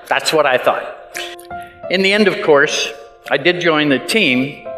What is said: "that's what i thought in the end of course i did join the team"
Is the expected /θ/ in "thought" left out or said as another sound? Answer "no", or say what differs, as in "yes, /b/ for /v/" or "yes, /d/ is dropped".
no